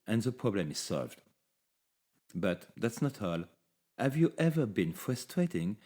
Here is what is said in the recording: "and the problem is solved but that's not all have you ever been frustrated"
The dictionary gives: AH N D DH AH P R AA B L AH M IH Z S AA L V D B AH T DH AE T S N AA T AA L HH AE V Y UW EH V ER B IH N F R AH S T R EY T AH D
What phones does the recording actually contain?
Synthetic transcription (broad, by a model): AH N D DH AH P R AA B L AH M IH Z S AA L V D B AH T DH AE T S N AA T AA L HH AE V Y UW EH V ER B IH N F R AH S T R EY T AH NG